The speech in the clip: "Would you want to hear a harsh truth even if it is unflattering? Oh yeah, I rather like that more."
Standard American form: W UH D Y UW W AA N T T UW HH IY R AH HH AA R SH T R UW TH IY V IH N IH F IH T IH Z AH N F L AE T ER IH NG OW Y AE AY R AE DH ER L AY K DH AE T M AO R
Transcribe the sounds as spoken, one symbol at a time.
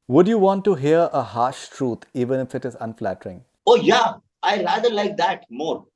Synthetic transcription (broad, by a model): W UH D Y UW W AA N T T UW HH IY R AH HH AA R SH T R UW T IY V IH N IH F IH T IH Z AH N F L AE T ER IH NG OW Y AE AY L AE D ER L AY K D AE T M AO R